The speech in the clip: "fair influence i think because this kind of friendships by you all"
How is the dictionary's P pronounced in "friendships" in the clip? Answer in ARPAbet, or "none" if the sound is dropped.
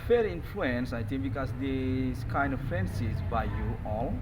none